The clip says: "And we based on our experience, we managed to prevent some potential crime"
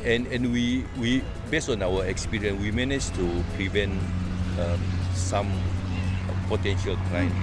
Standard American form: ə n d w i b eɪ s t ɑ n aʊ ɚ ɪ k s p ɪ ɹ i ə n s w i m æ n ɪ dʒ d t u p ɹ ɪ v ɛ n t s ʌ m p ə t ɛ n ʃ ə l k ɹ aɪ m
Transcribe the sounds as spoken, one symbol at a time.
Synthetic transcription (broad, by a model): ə n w w i b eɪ s ɑ n aʊ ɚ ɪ k s p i ɹ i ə n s w i m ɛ n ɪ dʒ t u p ɹ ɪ v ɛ n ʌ s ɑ m p ə t ɛ n ʃ ə l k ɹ aɪ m